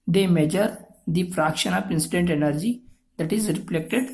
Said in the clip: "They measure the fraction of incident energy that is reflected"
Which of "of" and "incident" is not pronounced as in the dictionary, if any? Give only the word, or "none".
of